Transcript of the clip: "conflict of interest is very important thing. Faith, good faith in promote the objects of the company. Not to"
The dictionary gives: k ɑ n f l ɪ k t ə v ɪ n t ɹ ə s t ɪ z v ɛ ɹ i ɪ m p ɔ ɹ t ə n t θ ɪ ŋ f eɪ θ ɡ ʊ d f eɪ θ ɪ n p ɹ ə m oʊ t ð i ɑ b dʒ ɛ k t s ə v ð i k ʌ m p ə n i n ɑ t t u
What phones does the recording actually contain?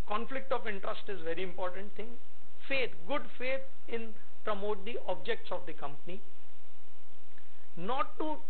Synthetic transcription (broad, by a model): k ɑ n f l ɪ k t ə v ɪ n t ɹ ə s t ɪ z v ɛ ɹ i ɪ m p ɔ ɹ t ə n t t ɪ ŋ f eɪ t ɡ ʊ d f eɪ t ɪ n p ɹ ə m oʊ t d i ɑ b dʒ ɛ k t s ə v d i k ʌ m p ə n i n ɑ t t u